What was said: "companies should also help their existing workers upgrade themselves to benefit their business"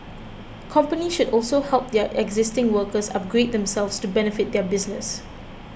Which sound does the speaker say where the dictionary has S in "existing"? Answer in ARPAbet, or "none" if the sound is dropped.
S